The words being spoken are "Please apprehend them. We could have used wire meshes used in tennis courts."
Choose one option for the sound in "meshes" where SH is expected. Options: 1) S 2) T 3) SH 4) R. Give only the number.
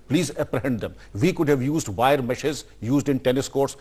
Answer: 3